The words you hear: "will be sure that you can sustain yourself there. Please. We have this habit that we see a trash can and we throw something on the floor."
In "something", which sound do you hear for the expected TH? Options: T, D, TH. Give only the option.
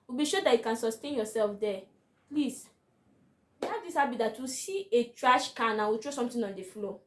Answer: T